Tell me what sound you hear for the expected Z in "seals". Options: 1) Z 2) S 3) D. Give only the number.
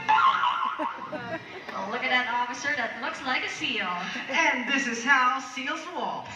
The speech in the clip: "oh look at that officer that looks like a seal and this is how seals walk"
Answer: 1